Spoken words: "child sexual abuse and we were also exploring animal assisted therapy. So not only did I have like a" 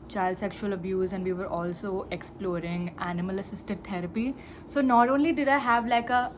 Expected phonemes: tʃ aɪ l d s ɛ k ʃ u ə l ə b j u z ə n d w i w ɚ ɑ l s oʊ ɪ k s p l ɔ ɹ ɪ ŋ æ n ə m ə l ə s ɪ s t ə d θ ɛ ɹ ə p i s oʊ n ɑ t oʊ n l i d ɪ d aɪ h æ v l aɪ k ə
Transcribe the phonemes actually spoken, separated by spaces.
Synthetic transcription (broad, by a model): tʃ aɪ l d s ɛ k ʃ u ə l ə b j u z ə n d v i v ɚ ɑ l s oʊ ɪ k s p l ɔ ɹ ɪ ŋ æ n ə m ə l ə s ɪ s t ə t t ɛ ɹ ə p i s oʊ n ɑ t oʊ n l i d ɪ d aɪ h æ v l aɪ k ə